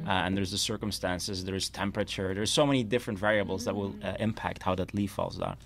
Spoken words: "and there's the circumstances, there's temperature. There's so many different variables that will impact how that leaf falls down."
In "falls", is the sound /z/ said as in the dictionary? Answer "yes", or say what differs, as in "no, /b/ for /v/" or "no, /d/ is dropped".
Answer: yes